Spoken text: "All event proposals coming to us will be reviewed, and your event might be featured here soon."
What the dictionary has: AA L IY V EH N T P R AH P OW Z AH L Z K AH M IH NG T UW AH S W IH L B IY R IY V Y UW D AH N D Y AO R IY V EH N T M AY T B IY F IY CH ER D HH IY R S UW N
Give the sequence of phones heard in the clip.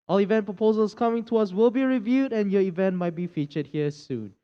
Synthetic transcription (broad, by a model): AA L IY V EH N P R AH P OW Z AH L S K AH M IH NG T UW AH S W IH L B IY R IY V Y UW D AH N Y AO IY V EH N T M AY T B IY F IY CH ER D HH IY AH S UW N